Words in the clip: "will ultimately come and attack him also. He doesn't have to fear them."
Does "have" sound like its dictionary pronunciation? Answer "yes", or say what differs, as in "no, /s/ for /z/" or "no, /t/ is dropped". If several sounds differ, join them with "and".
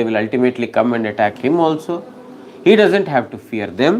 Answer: yes